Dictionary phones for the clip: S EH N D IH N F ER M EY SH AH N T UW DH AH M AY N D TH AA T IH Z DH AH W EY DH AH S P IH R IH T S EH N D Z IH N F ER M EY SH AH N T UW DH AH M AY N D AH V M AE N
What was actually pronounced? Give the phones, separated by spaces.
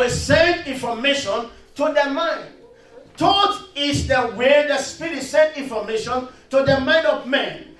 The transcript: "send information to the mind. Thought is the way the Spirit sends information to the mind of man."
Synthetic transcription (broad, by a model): S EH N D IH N F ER M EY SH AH N T UW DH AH M AY N D T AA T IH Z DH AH W EY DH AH S P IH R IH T S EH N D IH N F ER M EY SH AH N T UW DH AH M AY N D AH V M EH N